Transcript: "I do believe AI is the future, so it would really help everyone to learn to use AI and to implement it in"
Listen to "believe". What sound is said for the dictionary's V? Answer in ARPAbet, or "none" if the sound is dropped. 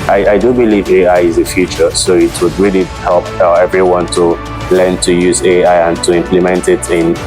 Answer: V